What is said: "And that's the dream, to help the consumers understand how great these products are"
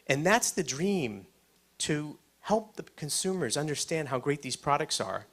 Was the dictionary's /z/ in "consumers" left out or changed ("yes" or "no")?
no